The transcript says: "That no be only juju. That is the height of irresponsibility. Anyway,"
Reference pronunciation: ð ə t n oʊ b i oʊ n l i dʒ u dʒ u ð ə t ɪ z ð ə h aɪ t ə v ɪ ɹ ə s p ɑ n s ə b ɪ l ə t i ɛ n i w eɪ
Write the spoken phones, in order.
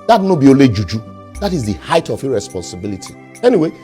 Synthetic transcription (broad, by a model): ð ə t n oʊ b i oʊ l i dʒ u dʒ u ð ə t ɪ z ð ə h aɪ t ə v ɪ ɹ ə s p ɑ n s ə b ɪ l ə t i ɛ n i w eɪ